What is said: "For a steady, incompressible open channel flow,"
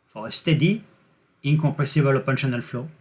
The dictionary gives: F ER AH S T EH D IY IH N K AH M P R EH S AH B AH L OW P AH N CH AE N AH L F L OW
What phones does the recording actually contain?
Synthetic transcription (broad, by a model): F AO AH S T EH D IY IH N K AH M P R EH S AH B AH L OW P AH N SH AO N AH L F L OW